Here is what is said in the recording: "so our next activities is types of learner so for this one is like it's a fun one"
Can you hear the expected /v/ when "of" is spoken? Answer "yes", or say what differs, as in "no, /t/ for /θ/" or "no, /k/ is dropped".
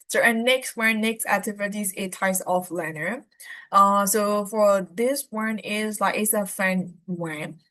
no, /f/ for /v/